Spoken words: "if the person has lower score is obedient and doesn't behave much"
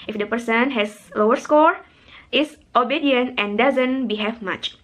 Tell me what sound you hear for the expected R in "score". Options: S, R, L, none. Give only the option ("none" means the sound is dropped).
R